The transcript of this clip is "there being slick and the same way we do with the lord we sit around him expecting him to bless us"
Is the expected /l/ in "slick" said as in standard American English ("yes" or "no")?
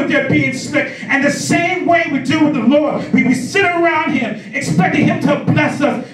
no